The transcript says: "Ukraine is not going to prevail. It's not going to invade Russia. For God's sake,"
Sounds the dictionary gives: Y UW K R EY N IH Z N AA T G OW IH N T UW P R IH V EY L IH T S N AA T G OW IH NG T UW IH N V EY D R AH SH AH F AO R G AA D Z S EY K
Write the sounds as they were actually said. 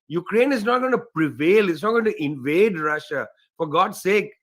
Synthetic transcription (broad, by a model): Y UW K R EY N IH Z N AA T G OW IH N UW P R IH V EY L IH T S N AA T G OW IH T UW IH N V EY D R AH SH AH F AO R G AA D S EY K